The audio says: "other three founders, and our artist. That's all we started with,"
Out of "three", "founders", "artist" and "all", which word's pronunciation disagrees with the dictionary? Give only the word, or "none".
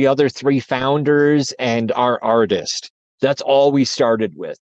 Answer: none